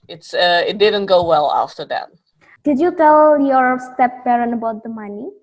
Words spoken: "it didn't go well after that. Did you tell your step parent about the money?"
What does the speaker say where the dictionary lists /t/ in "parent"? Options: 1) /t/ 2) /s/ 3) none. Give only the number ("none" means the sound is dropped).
3